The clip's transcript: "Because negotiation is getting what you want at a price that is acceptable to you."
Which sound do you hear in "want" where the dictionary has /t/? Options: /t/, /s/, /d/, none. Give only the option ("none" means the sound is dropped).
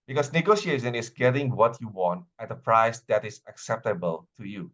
/t/